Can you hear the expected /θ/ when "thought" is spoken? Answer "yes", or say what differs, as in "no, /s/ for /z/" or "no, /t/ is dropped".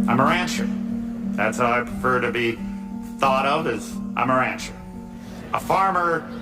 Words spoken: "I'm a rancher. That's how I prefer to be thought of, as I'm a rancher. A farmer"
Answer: yes